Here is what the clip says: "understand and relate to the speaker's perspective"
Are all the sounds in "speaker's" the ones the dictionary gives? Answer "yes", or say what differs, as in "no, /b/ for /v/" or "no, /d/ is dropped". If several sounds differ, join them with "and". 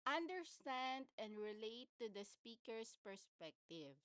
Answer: no, /s/ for /z/